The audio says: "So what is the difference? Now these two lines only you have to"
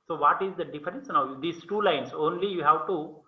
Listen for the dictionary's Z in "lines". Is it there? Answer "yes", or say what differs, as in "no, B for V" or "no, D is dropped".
no, S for Z